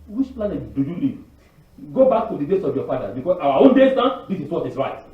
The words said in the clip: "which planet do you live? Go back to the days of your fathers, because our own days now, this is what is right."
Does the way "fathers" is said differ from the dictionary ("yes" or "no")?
yes